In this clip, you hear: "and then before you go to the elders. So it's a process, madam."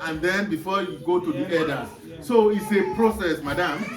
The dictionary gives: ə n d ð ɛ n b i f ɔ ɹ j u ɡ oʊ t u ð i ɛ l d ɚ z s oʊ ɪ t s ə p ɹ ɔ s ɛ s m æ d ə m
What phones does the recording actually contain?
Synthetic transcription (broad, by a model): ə n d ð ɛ n b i f ɔ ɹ j u ɡ oʊ t u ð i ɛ d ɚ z s oʊ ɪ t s ə p ɹ ɔ s ɛ s m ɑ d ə m